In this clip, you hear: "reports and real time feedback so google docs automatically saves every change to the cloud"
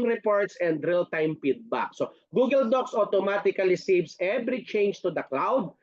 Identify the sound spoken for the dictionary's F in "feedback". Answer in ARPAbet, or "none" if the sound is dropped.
P